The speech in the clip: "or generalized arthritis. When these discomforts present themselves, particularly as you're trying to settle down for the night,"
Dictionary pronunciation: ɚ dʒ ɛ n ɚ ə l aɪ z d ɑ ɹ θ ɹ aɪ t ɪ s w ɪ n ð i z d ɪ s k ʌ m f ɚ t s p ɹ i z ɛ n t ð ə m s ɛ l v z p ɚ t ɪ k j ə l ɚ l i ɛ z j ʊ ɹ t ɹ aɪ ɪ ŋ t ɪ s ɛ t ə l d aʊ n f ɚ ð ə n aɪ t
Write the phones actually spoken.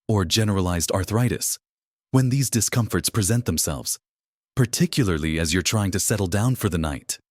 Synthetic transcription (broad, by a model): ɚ dʒ ɛ n ɚ ə l aɪ z d ɑ ɹ θ ɹ aɪ t ɪ s w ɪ n ð i z d ɪ s k ʌ m f ɚ t s p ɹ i z ɛ n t ð ə m s ɛ l v z p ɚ t ɪ k j l ɚ l i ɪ z j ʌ ɹ t ɹ aɪ ɪ ŋ t ɪ s ɛ t l d aʊ n f ɚ ð ə n aɪ t